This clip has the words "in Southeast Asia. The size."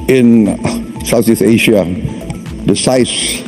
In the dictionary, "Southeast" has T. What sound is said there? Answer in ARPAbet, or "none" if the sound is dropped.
none